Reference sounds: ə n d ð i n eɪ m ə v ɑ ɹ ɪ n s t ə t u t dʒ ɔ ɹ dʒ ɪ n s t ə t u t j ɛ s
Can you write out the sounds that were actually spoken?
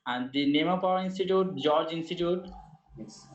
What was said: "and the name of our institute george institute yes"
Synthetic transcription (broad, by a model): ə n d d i n eɪ m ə p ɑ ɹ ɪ n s t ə t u t dʒ ɔ ɹ dʒ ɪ n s t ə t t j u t